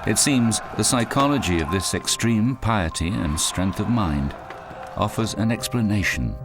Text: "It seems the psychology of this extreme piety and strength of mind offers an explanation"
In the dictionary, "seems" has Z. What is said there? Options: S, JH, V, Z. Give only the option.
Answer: Z